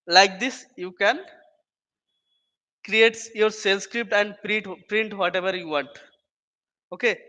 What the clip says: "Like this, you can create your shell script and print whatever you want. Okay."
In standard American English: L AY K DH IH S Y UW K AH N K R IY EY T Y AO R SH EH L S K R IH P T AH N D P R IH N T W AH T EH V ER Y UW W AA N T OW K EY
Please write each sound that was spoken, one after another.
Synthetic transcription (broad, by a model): L AY K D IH S Y UW K AH N K R IY EY T Y AO R S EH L S K R IH P T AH N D P R IH N T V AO T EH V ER Y UW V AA N T OW K EY